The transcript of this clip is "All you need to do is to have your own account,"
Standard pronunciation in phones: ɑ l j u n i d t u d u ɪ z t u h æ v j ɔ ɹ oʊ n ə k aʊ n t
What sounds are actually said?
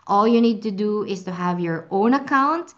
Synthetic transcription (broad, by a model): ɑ l j u n i d t u d u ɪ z t u h æ v j ɔ ɹ oʊ n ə k aʊ n t